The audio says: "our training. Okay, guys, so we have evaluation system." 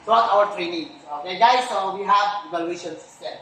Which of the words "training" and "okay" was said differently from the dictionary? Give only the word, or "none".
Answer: okay